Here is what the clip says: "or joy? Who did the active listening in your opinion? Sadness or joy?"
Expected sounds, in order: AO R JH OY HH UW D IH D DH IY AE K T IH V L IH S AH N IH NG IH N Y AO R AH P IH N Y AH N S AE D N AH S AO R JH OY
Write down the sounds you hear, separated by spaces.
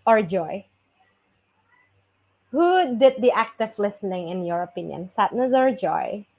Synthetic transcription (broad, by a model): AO R JH OY HH UW D IH D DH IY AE K T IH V L IH S AH N IH NG IH N Y AO R AH P IH N Y AH N S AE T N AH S AO R JH OY